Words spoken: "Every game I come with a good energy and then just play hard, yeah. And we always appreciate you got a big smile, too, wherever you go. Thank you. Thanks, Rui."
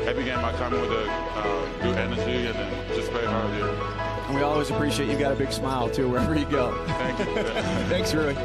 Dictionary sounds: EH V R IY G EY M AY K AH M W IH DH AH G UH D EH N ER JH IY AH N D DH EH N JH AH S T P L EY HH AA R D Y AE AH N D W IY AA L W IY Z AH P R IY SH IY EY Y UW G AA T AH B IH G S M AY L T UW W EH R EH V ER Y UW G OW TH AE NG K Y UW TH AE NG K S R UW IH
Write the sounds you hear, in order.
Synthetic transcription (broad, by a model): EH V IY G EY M AY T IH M W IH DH AH G UH D EH N ER JH IY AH N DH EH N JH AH S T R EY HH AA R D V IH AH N W IY AA L W IY Z AH P R IY SH IY EY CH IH G AA T AH B IH G S M AY L T UW W EH R EH V ER Y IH G OW TH AE NG K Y TH AE NG K S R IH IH